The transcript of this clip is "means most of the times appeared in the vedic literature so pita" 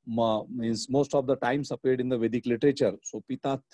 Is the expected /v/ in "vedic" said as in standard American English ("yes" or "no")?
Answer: yes